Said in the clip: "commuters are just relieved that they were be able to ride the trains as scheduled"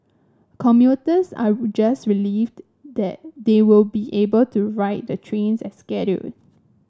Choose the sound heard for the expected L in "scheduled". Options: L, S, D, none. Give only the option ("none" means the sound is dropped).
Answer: none